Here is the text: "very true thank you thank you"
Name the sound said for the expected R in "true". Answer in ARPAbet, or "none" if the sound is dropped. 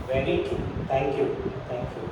none